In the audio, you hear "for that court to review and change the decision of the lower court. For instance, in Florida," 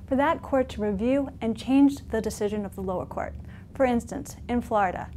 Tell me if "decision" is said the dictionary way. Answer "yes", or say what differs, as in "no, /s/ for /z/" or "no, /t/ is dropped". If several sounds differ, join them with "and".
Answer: yes